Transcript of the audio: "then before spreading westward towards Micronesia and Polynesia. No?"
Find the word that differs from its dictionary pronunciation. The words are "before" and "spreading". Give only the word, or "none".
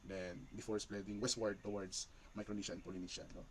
spreading